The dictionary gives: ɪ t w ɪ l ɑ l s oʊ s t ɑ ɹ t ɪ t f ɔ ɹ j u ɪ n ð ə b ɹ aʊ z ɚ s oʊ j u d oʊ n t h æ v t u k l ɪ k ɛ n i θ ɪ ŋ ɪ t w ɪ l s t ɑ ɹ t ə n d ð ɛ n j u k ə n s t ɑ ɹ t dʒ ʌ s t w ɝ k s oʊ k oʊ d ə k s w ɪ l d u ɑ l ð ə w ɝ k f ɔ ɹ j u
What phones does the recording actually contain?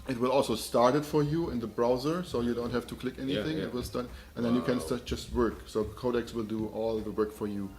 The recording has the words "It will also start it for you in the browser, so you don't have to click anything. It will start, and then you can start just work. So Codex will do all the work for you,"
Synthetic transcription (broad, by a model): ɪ t w ɪ l ɑ l s oʊ s t ɑ ɹ t ɪ t f ɔ ɹ j u ɪ n ð ə b ɹ aʊ z ɚ s oʊ j u d oʊ n t h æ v t u k l ɪ k ɛ n i θ ɪ ŋ ɪ t w ɪ l s t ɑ ɹ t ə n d ð ɛ n j u k ə n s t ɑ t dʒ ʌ s t w ɝ k s oʊ k oʊ d ə k s w ɪ l d u ɑ l ð ə w ɝ k f ɔ ɹ j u